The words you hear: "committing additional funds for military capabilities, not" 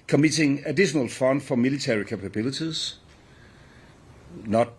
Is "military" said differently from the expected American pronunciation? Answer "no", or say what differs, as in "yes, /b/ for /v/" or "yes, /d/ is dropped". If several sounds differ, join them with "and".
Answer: yes, /s/ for /t/